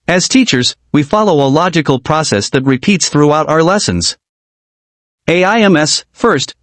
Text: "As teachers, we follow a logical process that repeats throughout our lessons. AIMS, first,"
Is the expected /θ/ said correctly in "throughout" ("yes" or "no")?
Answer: yes